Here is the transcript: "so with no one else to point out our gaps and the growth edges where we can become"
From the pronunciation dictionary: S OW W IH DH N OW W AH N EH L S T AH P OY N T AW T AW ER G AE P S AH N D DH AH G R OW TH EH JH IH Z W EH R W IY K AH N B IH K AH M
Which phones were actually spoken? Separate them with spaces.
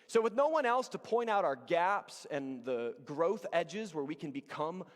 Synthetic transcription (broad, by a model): S OW W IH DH N OW W AH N EH L S T AH P OY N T AW T AW ER G AE P S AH N DH AH G R OW TH EH JH IH Z W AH R W IY K AH N B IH K AH M